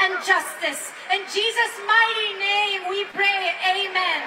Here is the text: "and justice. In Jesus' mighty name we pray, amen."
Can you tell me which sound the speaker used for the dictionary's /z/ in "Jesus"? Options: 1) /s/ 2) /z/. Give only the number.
2